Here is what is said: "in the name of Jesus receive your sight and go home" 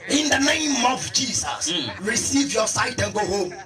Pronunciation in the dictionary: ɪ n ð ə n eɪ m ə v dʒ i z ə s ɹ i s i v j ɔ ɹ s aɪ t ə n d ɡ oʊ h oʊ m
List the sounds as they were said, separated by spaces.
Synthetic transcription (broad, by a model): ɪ n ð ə n eɪ m ə v dʒ i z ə s ɹ i s i v j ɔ s aɪ t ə n ɡ oʊ h oʊ m